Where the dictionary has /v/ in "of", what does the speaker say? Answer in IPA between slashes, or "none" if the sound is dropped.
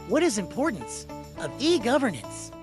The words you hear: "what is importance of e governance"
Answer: /v/